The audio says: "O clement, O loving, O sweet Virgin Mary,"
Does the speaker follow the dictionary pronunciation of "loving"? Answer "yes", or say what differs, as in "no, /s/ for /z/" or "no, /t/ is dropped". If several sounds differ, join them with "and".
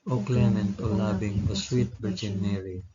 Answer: no, /b/ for /v/